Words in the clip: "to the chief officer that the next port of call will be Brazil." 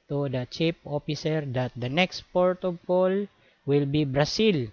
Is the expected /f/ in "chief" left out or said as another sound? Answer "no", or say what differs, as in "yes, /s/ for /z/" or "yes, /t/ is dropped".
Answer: yes, /p/ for /f/